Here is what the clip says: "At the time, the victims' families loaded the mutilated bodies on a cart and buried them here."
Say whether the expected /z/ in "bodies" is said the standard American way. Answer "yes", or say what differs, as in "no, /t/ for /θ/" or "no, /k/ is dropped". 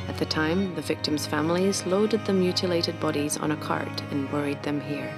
yes